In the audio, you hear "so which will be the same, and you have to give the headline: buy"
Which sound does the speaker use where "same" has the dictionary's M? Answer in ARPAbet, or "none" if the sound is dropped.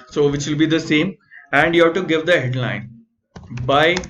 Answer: M